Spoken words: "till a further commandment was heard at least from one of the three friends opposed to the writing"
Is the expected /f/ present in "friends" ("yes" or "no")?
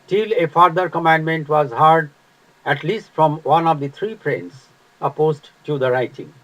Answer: no